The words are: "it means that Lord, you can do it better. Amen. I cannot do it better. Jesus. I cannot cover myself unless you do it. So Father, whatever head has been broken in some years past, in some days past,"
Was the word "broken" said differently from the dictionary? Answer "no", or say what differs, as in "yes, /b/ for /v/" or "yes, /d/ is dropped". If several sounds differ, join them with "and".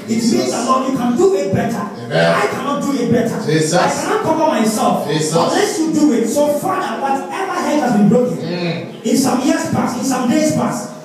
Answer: no